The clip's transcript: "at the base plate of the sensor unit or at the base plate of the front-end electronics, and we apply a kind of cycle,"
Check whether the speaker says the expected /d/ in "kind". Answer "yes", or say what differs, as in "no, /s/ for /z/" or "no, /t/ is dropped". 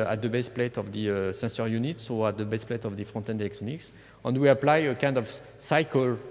yes